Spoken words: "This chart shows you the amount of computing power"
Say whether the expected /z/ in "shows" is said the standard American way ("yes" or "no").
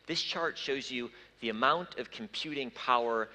yes